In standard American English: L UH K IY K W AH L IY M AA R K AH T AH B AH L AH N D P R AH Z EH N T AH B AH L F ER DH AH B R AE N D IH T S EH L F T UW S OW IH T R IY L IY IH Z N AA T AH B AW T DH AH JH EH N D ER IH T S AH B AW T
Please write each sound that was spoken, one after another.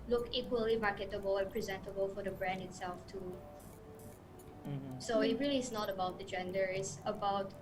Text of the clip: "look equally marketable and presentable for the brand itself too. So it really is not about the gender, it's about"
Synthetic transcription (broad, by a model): L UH K IY K W AH L IY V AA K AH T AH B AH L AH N P R AH Z EH N T AH B AH L F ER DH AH B R AE N D IH T S EH L F T UW S OW IH T R IY L IY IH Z N AA T AH B AW T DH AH JH EH N D ER IH T S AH B AW T